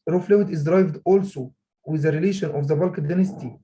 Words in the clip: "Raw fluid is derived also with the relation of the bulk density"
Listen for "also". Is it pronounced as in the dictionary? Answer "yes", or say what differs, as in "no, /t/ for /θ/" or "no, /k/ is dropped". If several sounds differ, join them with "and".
yes